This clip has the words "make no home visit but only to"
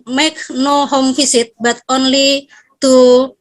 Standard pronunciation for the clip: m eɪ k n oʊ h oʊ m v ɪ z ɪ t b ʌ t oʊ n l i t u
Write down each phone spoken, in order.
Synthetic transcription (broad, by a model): m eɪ k n oʊ h oʊ m f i s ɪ t b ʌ t oʊ n l i t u